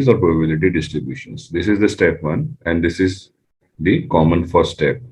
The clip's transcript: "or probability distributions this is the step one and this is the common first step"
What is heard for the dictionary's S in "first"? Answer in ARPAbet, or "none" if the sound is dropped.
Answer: none